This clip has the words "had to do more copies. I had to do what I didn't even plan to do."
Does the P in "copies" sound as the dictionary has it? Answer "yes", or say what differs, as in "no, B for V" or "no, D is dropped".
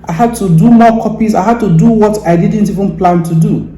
yes